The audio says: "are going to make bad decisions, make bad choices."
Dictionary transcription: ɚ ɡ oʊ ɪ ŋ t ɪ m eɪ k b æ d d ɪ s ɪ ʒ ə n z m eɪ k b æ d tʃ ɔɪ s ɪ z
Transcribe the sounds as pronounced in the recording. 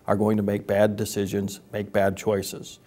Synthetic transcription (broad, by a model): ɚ ɡ oʊ ɪ ŋ t ɪ m eɪ k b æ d d ɪ s ɪ ʒ ə n z m eɪ k b æ d tʃ ɔɪ s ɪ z